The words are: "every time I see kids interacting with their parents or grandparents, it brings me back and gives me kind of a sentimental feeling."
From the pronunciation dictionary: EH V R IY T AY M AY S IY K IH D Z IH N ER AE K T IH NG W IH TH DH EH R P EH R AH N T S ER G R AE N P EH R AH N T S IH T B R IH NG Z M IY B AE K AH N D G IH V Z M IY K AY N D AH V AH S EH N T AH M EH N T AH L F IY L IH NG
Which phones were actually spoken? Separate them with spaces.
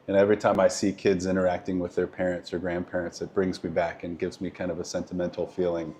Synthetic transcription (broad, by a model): EH V R IY T AY M AY S IY K IH D Z IH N ER AE K T IH NG W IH DH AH R P EH R AH N T S ER G R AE N P EH R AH N T S IH T B R IH NG Z M IY B AE K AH N G IH V Z M IY K AY N D AH V AH S EH N T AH M EH N T L F IY L IH NG